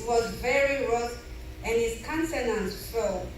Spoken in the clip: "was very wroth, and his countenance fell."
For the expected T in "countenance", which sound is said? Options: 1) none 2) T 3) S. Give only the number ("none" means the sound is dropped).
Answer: 3